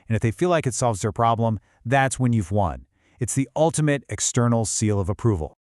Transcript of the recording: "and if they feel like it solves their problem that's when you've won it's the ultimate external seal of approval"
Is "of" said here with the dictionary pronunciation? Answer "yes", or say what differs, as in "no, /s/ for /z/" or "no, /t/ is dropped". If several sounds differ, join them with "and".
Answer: yes